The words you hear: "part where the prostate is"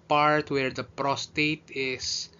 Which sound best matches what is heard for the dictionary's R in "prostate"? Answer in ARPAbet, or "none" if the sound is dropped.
R